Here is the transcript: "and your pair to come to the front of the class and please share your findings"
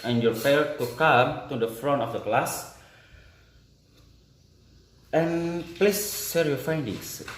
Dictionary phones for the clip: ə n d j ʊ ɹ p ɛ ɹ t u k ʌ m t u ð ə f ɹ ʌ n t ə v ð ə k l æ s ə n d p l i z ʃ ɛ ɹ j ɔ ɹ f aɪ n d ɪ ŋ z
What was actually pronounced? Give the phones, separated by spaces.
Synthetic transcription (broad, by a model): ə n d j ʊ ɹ f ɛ l t u k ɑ m t u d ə f ɹ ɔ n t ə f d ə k l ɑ s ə n p l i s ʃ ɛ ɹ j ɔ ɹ f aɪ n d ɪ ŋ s